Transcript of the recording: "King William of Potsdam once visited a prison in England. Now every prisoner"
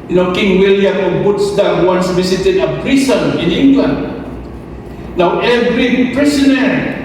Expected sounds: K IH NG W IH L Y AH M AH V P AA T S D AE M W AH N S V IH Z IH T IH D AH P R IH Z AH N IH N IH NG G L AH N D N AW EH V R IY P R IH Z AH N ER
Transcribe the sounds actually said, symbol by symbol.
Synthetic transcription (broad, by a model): K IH NG W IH L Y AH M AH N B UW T S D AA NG W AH N S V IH S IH T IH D AH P R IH S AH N IH N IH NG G L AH N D N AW EH V R IY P R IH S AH N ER